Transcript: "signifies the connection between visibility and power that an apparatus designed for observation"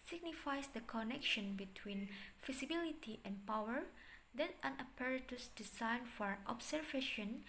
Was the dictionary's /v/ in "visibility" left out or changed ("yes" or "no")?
yes